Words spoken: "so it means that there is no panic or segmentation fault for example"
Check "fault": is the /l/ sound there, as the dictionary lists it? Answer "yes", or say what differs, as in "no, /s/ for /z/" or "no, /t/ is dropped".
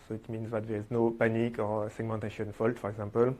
yes